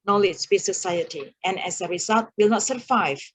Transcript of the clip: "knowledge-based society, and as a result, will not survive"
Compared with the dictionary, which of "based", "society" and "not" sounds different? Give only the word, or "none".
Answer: based